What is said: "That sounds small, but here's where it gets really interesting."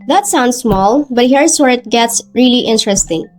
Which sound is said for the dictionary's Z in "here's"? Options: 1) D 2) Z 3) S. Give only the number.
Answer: 3